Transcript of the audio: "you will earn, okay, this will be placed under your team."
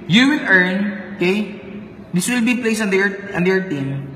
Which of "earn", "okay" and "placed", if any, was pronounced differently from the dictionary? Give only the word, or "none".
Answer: placed